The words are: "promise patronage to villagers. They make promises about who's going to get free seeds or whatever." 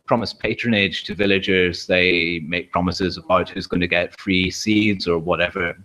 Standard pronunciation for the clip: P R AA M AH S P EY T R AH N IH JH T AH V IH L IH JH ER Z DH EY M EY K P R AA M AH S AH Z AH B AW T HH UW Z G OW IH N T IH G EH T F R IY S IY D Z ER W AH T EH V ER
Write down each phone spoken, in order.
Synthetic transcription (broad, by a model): P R AA M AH S P EY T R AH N IH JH T AH V IH L IH JH ER Z DH EY M EY K P R AA M AH S AH Z AH B AW T HH UW Z G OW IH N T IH G EH T F R IY S IY D Z ER W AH T EH V ER